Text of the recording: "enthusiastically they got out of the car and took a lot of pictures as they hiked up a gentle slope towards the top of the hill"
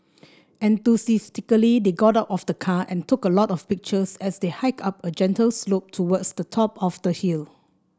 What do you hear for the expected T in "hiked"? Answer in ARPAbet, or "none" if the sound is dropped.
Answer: none